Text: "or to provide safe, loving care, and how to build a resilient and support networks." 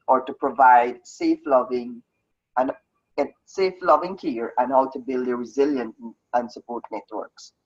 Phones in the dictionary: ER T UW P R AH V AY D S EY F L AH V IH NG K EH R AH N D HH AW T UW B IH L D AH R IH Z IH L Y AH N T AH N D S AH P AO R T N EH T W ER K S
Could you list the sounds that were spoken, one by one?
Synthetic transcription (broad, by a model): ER T UW P R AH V AY D S EY F L AH V IH NG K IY R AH N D HH AW T UW B IH L D AH R IH Z IH L Y AH N T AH N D S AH P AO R T N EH T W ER K S